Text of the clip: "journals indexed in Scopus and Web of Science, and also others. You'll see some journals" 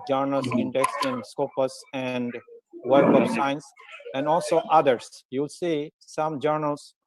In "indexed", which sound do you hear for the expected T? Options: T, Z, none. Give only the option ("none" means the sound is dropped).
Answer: none